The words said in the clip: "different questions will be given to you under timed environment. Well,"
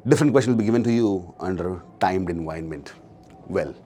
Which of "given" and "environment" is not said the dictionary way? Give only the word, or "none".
environment